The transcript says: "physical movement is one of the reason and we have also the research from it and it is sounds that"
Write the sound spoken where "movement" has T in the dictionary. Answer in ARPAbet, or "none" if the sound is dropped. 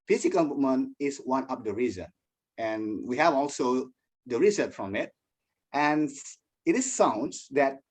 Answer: none